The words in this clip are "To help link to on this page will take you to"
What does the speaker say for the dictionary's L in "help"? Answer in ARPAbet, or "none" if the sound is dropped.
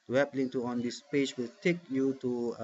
none